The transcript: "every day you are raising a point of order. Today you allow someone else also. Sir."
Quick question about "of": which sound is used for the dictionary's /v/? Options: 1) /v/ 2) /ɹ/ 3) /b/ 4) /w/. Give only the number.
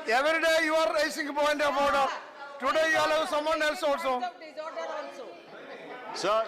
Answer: 3